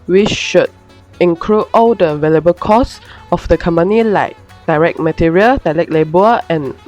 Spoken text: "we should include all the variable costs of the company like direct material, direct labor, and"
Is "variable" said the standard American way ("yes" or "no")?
no